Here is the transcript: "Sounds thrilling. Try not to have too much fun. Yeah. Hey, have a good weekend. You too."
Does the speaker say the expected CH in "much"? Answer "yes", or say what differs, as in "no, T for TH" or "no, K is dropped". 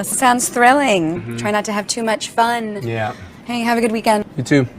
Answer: yes